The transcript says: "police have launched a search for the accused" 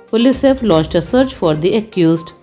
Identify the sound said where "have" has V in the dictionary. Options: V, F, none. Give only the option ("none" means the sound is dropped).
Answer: F